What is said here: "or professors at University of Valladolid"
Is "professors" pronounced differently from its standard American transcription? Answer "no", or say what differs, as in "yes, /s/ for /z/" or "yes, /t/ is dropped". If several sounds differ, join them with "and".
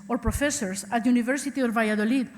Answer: yes, /s/ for /z/